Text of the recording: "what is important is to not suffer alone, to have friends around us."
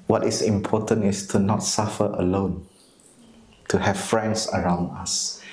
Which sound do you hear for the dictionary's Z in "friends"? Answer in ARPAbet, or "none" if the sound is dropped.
S